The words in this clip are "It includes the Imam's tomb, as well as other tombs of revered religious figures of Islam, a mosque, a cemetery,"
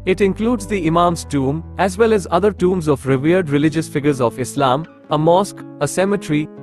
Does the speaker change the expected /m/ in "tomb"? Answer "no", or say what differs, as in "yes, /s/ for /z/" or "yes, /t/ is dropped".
no